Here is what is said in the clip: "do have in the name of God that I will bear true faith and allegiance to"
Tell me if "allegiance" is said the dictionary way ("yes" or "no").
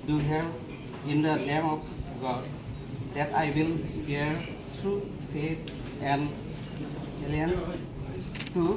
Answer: no